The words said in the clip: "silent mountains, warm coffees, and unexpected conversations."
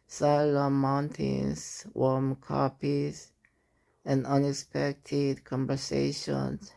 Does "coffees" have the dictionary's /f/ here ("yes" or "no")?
no